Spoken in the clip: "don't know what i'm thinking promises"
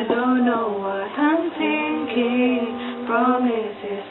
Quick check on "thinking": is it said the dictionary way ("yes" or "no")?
no